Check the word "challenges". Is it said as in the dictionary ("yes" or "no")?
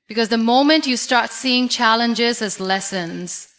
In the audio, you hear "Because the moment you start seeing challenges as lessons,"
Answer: yes